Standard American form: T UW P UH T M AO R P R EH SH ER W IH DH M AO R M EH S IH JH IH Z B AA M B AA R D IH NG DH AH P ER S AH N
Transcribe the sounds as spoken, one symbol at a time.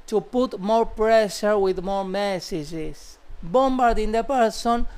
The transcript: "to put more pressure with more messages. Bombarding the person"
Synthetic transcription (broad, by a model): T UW P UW T M AO R P R EH SH ER W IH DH M AO R M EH S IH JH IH S B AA M B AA R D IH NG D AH P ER S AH N